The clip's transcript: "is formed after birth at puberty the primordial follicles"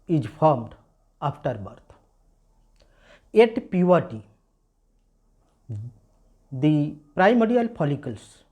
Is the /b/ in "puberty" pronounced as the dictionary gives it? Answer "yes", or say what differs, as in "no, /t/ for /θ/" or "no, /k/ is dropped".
no, /b/ is dropped